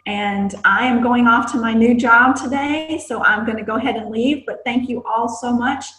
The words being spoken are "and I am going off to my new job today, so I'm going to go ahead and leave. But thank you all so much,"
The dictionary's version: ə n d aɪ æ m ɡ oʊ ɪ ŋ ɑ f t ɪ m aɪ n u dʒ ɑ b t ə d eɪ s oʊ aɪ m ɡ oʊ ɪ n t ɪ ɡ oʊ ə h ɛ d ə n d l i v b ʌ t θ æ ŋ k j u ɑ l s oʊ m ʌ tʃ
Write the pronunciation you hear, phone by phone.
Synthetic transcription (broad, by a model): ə n aɪ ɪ m ɡ oʊ ɪ ŋ ɑ f t ɪ m aɪ n u dʒ ɑ b t ə d eɪ s oʊ aɪ m ɡ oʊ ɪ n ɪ ɡ oʊ ə h ɛ d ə n l i v b ʌ t θ æ ŋ k j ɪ ɑ l s oʊ m ʌ tʃ